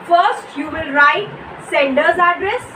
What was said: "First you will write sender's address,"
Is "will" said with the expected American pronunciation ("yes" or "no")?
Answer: no